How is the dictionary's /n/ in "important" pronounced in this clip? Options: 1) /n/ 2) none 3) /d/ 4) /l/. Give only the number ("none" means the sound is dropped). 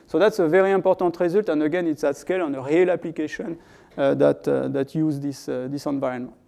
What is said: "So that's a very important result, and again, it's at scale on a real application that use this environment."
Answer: 2